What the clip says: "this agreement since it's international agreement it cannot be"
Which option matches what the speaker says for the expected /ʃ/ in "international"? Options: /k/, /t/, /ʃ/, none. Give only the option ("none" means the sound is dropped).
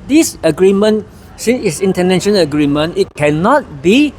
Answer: none